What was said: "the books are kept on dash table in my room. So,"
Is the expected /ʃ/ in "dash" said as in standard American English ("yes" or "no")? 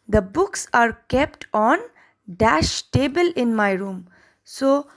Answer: yes